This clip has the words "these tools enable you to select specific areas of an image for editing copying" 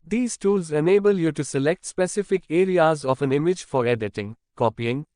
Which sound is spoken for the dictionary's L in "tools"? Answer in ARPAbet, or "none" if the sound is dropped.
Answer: L